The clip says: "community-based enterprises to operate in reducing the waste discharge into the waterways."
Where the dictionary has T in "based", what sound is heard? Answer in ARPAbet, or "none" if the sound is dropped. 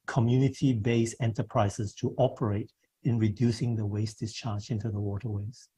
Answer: none